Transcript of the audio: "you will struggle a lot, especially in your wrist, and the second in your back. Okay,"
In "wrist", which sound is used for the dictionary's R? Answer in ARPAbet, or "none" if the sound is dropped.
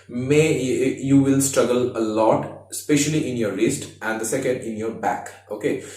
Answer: L